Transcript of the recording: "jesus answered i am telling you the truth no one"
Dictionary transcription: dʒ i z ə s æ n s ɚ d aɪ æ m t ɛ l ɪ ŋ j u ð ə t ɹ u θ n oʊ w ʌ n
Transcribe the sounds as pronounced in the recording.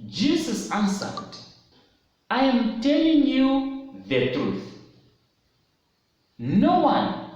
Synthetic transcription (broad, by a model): dʒ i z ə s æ n s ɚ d aɪ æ m t ɛ l ɪ ŋ j u ð ə t ɹ u θ n oʊ w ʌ n